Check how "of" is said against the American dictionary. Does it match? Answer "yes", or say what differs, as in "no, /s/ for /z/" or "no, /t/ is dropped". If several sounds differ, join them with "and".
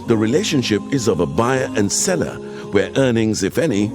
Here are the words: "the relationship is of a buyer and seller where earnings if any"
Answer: yes